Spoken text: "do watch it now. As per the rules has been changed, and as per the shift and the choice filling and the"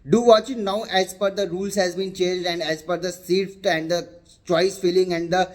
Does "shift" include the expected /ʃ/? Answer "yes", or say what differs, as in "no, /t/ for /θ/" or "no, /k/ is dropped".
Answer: no, /s/ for /ʃ/